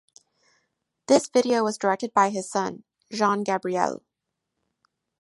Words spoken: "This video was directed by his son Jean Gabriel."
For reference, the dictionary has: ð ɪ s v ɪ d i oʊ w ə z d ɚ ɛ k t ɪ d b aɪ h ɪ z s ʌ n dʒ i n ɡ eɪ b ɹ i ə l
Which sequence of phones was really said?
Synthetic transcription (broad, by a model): ð ɪ s v ɪ d i oʊ w ə z d ɚ ɛ k t ɪ d b aɪ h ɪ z s ʌ n ʒ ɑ n ɡ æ b ɹ i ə l